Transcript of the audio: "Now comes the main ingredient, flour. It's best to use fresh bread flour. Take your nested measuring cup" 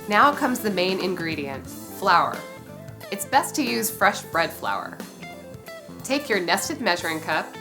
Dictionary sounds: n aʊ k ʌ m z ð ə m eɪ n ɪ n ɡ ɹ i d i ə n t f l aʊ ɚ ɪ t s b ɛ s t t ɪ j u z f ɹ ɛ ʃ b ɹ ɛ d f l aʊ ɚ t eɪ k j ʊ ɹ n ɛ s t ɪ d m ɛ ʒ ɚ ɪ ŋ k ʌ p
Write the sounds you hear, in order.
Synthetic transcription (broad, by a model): n aʊ k ʌ m z ð ə m eɪ n ɪ n ɡ ɹ i d i ə n t f l aʊ ɚ ɪ t s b ɛ s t t ɪ j u z f ɹ ɛ ʃ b ɹ ɛ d f l aʊ ɚ t eɪ k j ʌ ɹ n ɛ s t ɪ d m ɛ ʒ ɚ ɪ ŋ k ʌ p